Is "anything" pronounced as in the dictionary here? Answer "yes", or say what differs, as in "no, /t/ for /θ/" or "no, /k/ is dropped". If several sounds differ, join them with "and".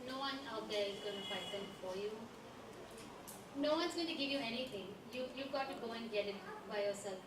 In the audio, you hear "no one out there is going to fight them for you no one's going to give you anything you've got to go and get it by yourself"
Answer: no, /t/ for /θ/